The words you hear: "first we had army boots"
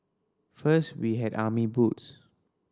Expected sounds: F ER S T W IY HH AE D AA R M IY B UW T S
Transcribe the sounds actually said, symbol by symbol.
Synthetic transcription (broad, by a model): F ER S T W IY HH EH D AA M IY B UW T S